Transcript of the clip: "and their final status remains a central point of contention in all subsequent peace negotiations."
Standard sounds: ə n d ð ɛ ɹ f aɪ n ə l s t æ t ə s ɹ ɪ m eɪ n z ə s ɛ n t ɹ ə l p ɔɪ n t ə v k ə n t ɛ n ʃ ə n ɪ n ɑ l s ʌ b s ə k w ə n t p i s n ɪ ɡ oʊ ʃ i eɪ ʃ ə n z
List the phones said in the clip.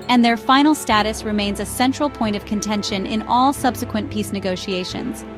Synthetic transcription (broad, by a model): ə n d ð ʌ ɹ f aɪ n l s t æ t ə s ɹ ɪ m eɪ n z ə s ɛ n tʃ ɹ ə l p ɔɪ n t ə v k ə n t ɛ n ʃ ə n ɪ n ɑ l s ʌ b s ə k w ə n p i s n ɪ ɡ oʊ ʃ i eɪ ʃ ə n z